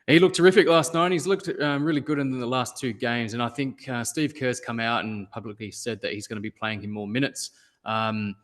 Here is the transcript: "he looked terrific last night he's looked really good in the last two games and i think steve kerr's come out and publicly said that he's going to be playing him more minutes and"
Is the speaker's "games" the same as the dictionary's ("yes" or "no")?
yes